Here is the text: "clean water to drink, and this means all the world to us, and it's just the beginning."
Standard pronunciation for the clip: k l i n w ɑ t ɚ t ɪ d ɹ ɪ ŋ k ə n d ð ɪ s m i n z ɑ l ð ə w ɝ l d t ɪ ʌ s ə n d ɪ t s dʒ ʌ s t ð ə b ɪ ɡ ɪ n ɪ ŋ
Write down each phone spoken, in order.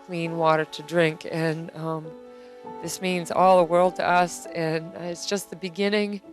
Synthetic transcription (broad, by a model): k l i n w ɑ t ɚ t ɪ d ɹ ɪ ŋ k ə n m ð ɪ s m i n z ɑ l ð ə w ɝ l d t ɪ ʌ s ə n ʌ ɪ t s dʒ ʌ s t ð ə b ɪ ɡ ɪ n ɪ ŋ